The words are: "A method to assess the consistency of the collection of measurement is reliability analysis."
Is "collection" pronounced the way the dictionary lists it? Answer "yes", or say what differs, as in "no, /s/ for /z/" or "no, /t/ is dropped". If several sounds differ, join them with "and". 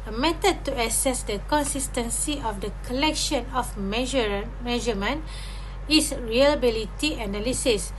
yes